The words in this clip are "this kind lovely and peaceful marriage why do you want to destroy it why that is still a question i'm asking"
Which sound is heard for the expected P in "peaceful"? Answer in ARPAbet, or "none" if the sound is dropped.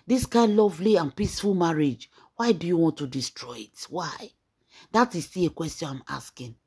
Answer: P